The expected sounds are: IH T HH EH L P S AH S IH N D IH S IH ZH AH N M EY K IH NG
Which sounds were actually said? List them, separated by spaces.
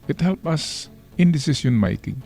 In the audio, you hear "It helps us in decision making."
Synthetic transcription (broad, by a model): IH T HH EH L P AH S IH N D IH S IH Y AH N M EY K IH NG